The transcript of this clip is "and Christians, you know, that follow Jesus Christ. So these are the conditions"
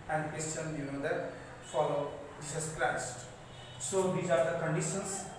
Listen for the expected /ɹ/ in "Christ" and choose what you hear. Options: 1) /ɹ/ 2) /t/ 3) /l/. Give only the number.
3